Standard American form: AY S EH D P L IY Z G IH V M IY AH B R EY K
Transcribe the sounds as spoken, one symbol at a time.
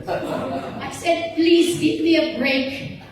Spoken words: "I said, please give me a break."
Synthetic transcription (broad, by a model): AY S EH D P L IY Z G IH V M IY AH B R EY K